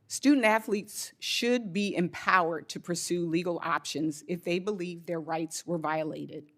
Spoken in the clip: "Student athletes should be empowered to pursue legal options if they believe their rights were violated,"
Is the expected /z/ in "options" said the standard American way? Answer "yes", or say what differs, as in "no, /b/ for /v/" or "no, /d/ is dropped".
yes